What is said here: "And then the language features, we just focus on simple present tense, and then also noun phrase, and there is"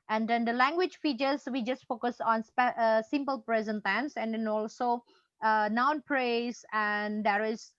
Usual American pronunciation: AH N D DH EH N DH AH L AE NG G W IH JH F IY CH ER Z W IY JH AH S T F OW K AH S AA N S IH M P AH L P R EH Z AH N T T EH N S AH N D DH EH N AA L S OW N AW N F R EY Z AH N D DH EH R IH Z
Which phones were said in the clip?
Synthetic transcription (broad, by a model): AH N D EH N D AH L AE NG G W IH JH F IY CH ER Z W IY JH AH S T F OW K AH S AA N S IH M P AH L P R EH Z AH N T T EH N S AH N D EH N AA L S OW N AW N P R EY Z AH N D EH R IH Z